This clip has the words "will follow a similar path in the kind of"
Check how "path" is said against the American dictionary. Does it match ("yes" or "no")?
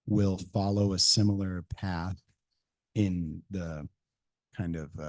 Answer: yes